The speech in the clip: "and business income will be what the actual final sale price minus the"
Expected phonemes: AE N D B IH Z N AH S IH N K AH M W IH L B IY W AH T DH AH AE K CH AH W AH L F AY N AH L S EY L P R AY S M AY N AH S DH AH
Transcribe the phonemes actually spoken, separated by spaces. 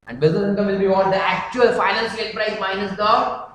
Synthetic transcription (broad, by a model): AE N D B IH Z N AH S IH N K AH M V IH L B IY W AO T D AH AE K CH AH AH L F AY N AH N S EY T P R AY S M AY N AH S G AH